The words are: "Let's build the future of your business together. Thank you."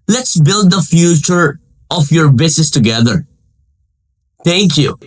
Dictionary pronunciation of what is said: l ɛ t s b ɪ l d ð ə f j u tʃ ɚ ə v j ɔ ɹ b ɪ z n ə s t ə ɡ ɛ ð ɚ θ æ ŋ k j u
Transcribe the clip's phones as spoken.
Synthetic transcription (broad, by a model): l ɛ t s b ɪ l d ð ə f j u tʃ ɚ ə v j ɔ ɹ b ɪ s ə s t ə ɡ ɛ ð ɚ t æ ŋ k j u